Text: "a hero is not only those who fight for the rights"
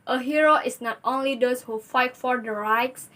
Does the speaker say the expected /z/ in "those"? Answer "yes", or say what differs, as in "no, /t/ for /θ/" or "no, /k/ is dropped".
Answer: no, /s/ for /z/